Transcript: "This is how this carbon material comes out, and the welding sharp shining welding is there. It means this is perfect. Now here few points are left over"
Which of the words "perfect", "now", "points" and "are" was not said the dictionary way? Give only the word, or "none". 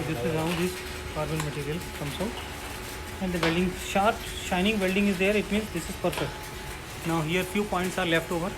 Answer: perfect